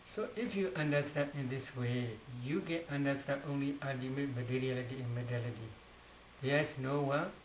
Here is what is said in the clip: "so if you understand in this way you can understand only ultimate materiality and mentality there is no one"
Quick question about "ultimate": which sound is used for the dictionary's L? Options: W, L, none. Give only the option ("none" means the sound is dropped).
none